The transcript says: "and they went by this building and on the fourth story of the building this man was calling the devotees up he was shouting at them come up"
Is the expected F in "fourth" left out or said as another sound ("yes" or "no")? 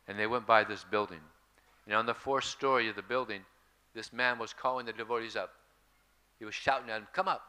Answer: no